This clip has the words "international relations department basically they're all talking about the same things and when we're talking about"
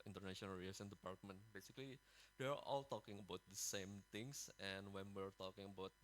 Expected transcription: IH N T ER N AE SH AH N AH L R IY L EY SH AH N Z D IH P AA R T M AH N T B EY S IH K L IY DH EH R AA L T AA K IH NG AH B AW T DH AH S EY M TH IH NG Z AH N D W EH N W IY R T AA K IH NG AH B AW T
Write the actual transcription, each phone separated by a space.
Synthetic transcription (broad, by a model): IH N T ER N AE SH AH N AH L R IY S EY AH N D IH P AA R T M AH N T B EY S IH K L IY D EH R AA L T AA K IH NG AH B AW T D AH S EY M T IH NG S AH N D W EH N W IY R T AA K IH NG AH B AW T